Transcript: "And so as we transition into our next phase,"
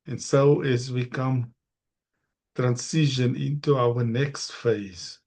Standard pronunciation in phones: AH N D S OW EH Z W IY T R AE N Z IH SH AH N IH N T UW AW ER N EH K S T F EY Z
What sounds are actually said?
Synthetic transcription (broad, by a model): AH N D S OW EH Z W IY T R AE N S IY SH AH N IH N T UW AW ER N EH K S T F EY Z